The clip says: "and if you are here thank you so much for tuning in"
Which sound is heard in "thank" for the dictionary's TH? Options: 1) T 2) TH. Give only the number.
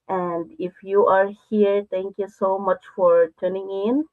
1